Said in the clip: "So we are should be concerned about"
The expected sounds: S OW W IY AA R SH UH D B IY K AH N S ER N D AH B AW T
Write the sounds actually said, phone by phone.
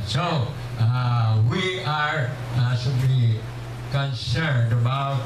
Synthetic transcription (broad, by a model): S OW W IY AA R S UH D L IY K AH N S ER N D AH B AW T